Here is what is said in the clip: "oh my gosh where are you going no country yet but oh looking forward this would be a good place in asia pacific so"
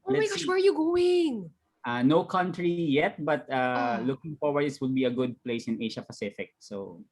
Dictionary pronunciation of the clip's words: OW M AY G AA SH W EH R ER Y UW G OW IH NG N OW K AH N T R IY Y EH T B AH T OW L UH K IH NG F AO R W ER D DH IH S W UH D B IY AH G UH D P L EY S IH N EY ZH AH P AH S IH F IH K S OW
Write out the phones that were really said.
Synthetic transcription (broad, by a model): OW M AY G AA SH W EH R Y UW G OW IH NG N OW K AH N T R IY Y EH T B AH T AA L UH K IH NG F AO R W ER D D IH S W UH D B IY AH G UH D P L EY S IH N EY SH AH P AH S IH F IH K S OW